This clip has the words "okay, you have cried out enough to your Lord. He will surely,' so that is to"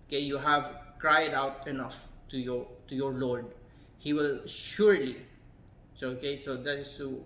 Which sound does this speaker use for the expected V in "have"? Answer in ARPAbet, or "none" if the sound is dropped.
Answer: V